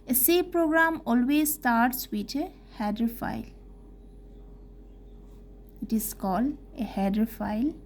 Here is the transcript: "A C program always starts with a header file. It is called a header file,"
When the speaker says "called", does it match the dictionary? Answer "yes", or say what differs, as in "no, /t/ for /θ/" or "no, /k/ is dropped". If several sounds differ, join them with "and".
no, /d/ is dropped